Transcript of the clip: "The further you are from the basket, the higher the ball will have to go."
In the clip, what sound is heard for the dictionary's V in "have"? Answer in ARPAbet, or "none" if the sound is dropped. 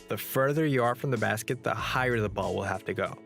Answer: F